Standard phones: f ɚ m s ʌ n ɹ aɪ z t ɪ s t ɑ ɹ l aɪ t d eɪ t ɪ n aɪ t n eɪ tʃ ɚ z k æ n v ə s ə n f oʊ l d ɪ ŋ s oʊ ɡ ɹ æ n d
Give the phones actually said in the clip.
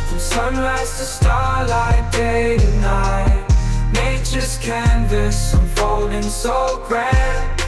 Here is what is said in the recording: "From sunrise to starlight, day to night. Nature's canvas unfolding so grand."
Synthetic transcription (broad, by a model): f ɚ s ʌ n ɹ aɪ z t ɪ s t ɑ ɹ l aɪ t d eɪ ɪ n aɪ t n eɪ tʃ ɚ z k æ n v ə s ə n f oʊ l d ɪ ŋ s oʊ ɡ ɹ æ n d